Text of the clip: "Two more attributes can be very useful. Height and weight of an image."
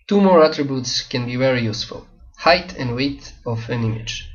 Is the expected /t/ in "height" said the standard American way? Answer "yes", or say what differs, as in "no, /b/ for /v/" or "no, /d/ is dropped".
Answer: yes